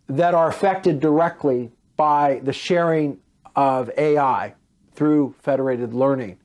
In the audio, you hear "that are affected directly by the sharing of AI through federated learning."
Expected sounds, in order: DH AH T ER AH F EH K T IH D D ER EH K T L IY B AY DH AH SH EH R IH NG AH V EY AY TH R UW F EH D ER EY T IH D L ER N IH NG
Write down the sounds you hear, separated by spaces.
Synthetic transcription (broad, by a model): DH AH T ER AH F EH K T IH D D ER EH K T L IY B AY DH AH SH EH R IH NG AH V EY AY TH R UW F EH D ER EY T IH D L ER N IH NG